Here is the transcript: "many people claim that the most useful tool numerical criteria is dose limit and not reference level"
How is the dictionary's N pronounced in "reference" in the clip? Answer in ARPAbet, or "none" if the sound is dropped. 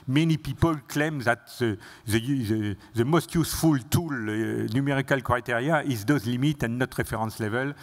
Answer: none